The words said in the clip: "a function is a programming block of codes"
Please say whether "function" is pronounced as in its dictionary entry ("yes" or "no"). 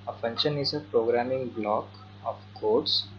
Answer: no